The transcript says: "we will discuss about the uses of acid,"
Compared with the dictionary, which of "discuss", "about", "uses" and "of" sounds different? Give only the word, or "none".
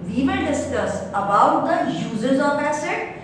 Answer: of